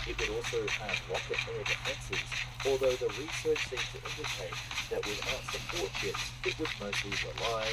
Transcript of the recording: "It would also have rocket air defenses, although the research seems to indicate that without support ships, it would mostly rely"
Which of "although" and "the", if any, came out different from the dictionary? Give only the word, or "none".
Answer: none